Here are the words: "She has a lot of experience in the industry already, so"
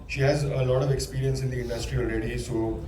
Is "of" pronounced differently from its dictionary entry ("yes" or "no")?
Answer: no